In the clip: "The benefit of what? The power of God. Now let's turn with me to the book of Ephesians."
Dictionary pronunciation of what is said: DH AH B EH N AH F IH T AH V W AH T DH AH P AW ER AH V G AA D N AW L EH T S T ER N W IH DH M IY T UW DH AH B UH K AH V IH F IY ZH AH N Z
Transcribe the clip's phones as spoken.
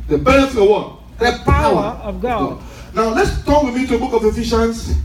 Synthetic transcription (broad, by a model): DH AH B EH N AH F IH AH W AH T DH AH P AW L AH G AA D N AW L EH T S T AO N W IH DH M IY T UW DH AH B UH K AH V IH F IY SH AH N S